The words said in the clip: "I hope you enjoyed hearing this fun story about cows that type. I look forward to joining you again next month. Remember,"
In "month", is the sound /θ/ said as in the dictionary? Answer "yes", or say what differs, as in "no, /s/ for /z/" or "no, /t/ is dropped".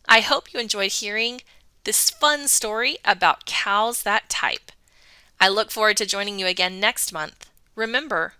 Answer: yes